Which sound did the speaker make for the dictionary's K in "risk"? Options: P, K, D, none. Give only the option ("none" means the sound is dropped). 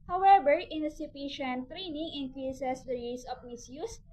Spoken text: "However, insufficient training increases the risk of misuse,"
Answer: none